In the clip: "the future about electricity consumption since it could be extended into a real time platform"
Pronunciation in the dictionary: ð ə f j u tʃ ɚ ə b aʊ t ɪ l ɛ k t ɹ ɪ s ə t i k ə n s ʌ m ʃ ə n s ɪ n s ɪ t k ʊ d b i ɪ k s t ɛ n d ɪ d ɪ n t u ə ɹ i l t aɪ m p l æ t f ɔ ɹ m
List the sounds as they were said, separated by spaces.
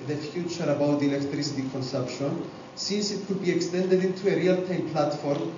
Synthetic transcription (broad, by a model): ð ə f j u tʃ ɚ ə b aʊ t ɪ l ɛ k t ɹ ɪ s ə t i k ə n s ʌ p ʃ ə n s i n s ɪ t k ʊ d b i ɪ k s t ɛ n d ɪ d ɪ n t u ə ɹ i l t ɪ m p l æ t f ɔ ɹ m